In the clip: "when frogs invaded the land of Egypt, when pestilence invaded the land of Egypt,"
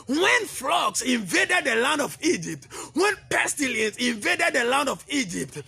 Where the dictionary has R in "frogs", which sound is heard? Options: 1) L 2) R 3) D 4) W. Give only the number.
1